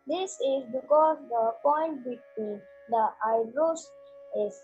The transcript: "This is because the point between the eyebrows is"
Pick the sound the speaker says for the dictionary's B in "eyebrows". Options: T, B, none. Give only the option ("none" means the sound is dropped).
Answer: none